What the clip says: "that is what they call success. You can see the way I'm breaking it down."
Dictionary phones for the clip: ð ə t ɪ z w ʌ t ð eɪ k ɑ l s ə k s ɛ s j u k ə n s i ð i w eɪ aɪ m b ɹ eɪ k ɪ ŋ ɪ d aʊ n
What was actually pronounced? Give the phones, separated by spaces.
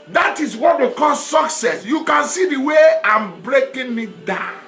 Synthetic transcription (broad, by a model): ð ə t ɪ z w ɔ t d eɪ k ɑ l s ə k s ɛ s j u k ə n s i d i w eɪ aɪ m b ɹ eɪ k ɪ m ɪ d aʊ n